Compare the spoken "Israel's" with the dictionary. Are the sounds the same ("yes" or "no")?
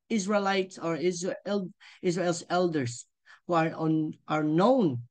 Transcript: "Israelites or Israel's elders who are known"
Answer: no